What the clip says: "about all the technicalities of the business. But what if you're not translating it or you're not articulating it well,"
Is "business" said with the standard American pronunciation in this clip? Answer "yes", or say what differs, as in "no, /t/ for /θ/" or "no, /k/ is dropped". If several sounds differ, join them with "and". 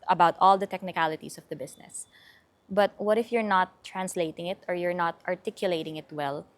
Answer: no, /s/ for /z/